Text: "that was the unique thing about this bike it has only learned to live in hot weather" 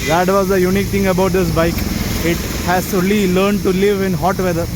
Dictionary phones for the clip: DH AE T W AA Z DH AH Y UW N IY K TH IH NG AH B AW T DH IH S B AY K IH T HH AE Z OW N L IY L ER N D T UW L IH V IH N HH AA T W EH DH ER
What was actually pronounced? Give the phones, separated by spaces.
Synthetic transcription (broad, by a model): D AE T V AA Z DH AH Y UW N IY K T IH NG AH B AW T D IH S B AY K IH T HH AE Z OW L IY L ER N D T UW L IH V IH N HH AA T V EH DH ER